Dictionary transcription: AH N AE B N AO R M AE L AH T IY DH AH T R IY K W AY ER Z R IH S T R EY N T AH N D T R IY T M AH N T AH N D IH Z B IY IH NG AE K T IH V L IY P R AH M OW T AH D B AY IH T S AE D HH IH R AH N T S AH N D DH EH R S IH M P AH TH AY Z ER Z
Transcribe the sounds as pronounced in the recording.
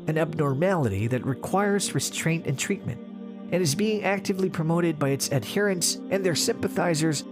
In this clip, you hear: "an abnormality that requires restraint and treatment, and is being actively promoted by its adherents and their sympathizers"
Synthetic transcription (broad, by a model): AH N AE B N AO R M AE L AH T IY DH AH T R IY K W AY ER Z R IH S T R EY N T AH N T R IY T M AH N T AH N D IH Z B IY IH NG AE K T IH V L IY P R AH M OW T AH D B AY IH T S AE D HH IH R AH N S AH N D DH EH R S IH M P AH TH AY Z ER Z